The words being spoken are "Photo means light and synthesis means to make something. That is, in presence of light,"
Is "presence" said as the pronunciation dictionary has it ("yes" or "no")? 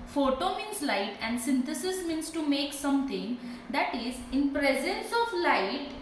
yes